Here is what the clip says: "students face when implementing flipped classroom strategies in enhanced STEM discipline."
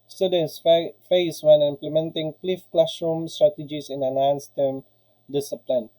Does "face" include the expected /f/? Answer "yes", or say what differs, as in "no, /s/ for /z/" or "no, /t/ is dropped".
yes